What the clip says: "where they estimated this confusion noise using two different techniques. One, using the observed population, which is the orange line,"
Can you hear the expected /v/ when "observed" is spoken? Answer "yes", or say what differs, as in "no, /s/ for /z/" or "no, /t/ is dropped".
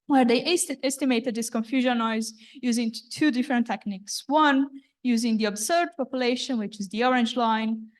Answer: no, /v/ is dropped